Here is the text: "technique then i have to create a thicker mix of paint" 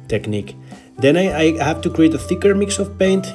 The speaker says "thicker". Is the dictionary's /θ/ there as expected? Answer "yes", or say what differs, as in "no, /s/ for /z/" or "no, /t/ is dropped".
yes